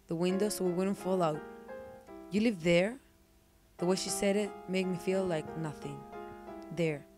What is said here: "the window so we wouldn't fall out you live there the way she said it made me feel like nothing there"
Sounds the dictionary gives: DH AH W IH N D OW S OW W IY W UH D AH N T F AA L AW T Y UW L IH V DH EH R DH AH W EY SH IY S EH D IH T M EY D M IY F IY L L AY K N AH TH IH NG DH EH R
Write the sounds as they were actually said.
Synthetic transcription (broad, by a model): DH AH W IH N D OW S OW W IY W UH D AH N T F AA L AW T Y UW L IH V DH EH R DH AH W EY SH IY S EH D IH T M EY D M IY F IY L L AY K N AH TH IH NG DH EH R